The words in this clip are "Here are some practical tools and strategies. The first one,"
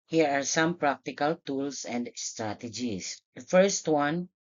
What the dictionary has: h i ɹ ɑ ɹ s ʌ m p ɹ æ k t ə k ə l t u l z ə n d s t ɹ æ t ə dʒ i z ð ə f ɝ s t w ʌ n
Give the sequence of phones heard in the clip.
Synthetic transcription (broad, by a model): h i ɹ ɑ ɹ s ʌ m p ɹ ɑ k t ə k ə l t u l s ə n d s t ɹ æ t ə dʒ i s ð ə f ɝ s t w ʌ n